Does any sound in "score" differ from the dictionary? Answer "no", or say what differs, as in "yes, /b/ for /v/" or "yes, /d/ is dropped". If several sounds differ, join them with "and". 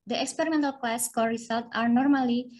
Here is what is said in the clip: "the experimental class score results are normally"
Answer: yes, /l/ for /ɹ/